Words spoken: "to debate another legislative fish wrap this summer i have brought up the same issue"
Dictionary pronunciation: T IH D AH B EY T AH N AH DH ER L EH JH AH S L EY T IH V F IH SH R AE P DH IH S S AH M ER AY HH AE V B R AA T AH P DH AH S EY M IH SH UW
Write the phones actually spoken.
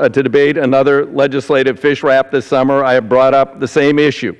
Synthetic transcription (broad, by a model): T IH D AH B EY T AH N AH DH ER L EH JH AH S L EY T IH V F IH SH R AE P DH IH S S AH M ER AY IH V B R AA T AH P DH AH S EY M IH SH UW